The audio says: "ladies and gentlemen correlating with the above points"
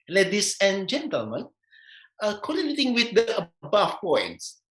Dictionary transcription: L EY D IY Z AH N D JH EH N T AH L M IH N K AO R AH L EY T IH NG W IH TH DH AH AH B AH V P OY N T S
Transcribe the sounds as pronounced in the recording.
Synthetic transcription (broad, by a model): L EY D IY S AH N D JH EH N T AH L M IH N K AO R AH N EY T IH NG W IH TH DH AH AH B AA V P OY N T S